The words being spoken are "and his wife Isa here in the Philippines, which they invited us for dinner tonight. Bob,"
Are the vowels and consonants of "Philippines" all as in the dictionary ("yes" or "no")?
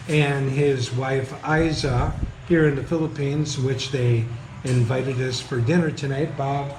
yes